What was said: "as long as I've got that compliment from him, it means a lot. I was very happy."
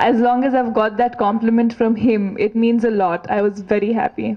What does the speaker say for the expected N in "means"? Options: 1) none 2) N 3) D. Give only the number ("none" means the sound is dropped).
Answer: 2